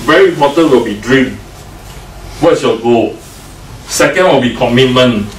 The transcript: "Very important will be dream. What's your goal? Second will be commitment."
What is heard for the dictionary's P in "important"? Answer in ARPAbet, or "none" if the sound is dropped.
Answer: none